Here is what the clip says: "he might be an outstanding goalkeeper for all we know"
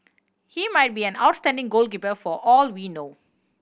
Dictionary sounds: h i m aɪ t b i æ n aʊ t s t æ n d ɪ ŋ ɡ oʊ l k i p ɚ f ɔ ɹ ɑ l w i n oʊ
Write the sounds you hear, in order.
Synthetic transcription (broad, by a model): h i m aɪ t b i æ n aʊ t s t æ n d ɪ ŋ ɡ oʊ l k i p ɚ f ɔ ɹ ɑ l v i n oʊ